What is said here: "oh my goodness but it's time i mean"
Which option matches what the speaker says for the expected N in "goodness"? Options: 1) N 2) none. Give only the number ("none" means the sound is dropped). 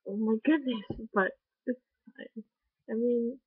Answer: 2